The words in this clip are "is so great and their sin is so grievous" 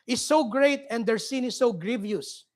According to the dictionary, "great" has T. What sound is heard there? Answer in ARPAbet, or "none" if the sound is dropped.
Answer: T